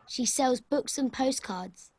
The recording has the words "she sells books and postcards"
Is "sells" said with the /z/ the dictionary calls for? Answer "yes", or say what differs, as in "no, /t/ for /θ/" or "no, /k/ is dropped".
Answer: yes